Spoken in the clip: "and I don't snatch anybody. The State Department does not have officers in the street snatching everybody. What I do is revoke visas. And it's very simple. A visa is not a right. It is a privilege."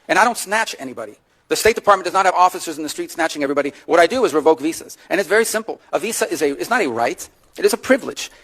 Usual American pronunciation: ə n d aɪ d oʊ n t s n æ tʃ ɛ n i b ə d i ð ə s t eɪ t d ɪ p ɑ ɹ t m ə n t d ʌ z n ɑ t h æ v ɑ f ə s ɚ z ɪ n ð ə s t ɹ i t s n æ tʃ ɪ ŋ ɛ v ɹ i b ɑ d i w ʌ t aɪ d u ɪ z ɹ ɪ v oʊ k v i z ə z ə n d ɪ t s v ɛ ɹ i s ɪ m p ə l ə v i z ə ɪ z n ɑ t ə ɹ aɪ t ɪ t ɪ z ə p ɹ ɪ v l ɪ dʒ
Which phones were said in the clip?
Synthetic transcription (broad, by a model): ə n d aɪ d oʊ n t s n æ tʃ ɛ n i b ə d i ð ə s t eɪ t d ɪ p ɑ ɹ t m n d ʌ z n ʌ t h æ v ɑ f ə s ɚ z n ð ə s t ɹ i t s n æ tʃ ɪ ŋ ɛ v ɹ i b ɑ d i w ʌ t aɪ d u ɪ z ɹ ɪ v oʊ k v i s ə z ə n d ɪ t s v ɛ ɹ i s ɪ m p l ə v i z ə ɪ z n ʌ t ə ɹ aɪ t ɪ t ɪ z ə p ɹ ɪ v l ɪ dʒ